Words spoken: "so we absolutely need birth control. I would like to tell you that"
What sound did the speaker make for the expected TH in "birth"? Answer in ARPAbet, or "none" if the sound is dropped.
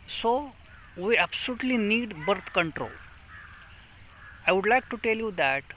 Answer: T